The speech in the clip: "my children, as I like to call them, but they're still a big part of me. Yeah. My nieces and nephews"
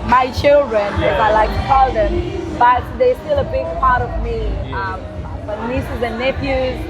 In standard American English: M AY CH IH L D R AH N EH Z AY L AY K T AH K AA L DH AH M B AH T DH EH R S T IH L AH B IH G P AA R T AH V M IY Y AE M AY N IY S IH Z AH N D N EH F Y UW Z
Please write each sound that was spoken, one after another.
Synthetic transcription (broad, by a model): M AY CH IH L D R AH N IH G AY L AY K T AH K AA L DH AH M B AH T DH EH S T IH L AH B IH G P AA R T AH V M IY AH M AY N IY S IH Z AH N N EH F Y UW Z